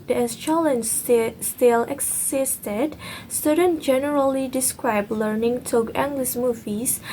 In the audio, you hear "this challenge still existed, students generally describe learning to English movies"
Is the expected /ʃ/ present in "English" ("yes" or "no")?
no